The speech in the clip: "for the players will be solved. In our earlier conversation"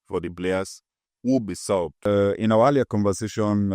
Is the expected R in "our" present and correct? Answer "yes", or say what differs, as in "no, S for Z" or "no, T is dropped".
no, W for R